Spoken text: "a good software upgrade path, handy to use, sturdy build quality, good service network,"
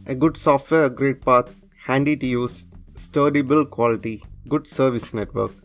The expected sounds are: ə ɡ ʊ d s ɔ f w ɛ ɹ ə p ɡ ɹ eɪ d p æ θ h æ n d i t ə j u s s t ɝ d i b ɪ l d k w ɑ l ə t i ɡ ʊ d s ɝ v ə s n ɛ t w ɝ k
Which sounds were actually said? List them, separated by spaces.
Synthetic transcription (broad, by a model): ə ɡ ʊ d s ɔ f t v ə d ɡ ɹ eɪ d p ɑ t h æ n d i t j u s s t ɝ d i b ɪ l k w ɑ l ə t i ɡ ʊ d s ɝ v ə s n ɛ t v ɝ k